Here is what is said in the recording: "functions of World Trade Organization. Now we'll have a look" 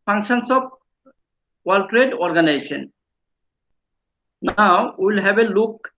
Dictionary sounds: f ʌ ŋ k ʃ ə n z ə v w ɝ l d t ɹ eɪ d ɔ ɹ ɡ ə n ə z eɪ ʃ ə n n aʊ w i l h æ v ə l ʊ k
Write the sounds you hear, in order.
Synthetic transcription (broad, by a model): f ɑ ŋ k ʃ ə n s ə p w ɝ l t ɹ eɪ d ɔ ɹ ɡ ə n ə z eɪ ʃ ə n n aʊ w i l h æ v ə l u k